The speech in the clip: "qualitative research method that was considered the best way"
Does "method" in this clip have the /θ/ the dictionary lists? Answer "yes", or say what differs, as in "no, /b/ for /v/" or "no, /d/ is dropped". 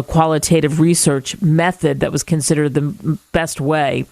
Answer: yes